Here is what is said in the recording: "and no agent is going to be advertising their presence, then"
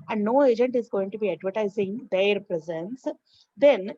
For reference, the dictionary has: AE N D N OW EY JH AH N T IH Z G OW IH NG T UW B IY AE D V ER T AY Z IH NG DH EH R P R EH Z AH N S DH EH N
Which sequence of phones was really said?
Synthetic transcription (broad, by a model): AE N D N OW EY JH AH N T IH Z G OW IH NG T UW B IY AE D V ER T AY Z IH NG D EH R P R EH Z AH N S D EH N